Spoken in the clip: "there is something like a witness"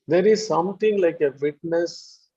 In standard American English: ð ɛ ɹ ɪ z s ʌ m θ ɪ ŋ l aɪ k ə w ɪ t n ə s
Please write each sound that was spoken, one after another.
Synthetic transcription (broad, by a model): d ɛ ɹ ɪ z s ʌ m t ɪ ŋ l aɪ k ə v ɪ t n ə s